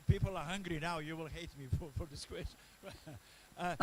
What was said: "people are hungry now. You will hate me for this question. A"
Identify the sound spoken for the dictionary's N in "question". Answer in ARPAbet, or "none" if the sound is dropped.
none